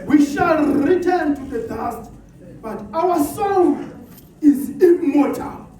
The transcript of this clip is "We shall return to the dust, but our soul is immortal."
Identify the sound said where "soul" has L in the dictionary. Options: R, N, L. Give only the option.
N